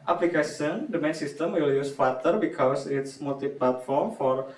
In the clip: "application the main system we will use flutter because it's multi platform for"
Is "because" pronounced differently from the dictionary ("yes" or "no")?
yes